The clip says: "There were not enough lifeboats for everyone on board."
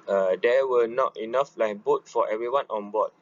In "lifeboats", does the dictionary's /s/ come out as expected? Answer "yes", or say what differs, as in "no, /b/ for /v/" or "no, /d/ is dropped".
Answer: no, /s/ is dropped